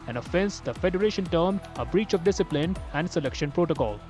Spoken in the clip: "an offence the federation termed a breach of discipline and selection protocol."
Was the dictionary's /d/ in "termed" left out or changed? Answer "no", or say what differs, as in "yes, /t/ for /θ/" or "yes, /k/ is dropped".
yes, /d/ is dropped